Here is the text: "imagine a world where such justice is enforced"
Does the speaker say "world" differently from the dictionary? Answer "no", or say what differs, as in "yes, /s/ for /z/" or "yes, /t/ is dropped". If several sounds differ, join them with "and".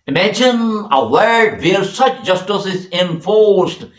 yes, /l/ is dropped